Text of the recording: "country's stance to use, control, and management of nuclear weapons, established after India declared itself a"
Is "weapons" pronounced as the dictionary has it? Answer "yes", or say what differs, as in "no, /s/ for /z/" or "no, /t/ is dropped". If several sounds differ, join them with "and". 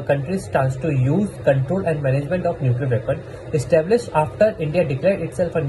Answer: no, /z/ is dropped